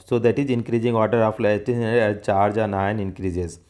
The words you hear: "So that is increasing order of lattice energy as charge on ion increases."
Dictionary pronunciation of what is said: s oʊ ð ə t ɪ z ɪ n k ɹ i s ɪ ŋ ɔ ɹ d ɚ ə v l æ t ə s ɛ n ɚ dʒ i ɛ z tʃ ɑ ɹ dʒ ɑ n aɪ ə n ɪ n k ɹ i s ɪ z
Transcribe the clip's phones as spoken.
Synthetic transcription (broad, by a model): s oʊ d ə t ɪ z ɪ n k ɹ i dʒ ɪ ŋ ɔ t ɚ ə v l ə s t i ʃ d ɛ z tʃ ɑ ɹ dʒ ɑ n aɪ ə n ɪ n k ɹ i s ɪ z